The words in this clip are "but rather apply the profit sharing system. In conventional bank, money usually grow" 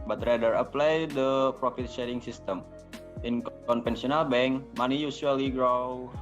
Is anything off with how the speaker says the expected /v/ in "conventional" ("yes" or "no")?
yes